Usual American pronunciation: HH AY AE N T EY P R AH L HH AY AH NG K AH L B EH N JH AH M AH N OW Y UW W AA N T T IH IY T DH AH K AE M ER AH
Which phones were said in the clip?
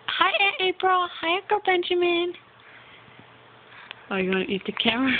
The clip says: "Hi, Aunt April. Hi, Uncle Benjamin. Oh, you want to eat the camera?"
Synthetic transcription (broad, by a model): HH AY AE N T EY P R AH L HH AY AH K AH B EH N JH AH M AH N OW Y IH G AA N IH IY T DH AH K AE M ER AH